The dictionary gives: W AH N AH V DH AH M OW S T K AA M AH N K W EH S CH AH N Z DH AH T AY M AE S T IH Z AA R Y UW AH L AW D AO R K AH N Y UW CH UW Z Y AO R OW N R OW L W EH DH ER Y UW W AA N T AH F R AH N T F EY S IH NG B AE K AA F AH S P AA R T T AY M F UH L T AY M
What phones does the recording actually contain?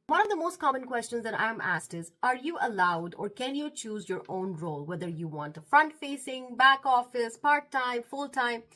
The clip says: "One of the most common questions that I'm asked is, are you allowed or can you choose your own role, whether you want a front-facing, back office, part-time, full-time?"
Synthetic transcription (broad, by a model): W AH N AH V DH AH M OW S T K AA M AH N K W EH S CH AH N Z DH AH T AY M AE S T IH Z AA R Y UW AH L AW D AO R K AH N Y UW CH UW Z Y AO R OW N R OW L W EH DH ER Y UW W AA N T AH F R AH N T F EY S IH NG B AE K AA F AH S P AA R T T AY M F UH L T AY M